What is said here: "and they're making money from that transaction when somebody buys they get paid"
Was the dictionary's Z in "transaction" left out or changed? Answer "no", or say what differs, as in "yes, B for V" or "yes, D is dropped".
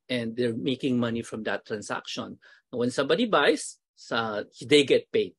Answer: yes, S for Z